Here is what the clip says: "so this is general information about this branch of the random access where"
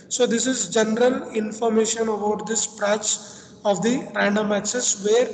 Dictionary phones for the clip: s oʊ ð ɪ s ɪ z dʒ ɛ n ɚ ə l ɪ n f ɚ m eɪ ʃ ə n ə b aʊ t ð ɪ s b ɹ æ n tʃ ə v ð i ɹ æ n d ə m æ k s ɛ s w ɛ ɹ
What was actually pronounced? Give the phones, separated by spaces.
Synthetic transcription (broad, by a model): s oʊ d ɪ s ɪ z dʒ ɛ n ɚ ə l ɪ n f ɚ m eɪ ʃ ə n ə b aʊ t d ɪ s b ɹ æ tʃ ə v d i ɹ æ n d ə m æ s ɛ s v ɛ ɹ